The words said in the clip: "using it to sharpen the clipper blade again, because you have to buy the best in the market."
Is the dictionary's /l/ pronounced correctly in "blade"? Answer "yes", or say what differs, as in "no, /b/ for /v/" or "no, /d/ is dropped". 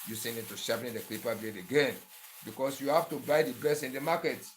no, /l/ is dropped